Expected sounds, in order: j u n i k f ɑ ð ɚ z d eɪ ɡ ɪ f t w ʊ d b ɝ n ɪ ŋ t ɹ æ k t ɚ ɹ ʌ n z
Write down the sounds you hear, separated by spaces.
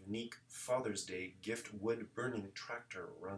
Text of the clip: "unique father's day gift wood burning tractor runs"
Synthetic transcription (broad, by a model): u n i k f ɑ ð ɚ z d eɪ ɡ ɪ f t w ʊ d b ɝ n ɪ ŋ t ɹ æ k t ɚ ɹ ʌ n